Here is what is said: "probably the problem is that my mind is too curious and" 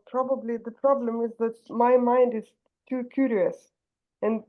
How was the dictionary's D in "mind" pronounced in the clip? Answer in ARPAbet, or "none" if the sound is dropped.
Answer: D